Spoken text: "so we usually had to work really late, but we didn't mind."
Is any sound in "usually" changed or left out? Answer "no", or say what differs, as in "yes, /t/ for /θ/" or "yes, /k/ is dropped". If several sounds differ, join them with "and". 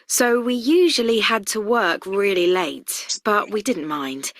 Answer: no